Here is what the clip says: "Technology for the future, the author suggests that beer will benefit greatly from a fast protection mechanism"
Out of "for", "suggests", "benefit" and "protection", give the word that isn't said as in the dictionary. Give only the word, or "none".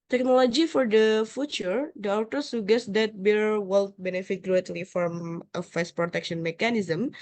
suggests